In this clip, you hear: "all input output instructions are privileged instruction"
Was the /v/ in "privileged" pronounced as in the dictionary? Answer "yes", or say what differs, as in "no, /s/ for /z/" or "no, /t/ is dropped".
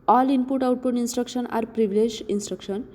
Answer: no, /b/ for /v/